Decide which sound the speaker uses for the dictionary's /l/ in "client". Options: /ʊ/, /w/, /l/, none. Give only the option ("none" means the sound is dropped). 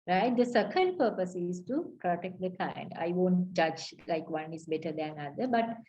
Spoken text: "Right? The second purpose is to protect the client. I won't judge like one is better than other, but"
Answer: none